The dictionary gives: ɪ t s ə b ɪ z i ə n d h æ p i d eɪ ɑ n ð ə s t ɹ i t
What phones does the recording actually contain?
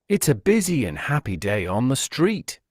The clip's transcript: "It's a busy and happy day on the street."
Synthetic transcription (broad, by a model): ɪ t s ə b ɪ z i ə n h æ p i d eɪ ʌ n ð ə s t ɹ i t